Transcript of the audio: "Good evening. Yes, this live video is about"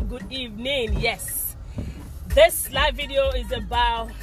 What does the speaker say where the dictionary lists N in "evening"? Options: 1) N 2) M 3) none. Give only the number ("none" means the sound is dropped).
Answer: 1